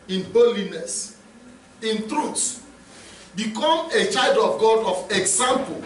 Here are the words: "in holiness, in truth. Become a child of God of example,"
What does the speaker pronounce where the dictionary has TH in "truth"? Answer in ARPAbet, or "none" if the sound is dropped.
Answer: S